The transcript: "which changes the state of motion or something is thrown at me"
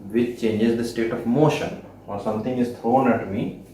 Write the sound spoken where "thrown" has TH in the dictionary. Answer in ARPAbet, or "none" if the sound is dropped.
T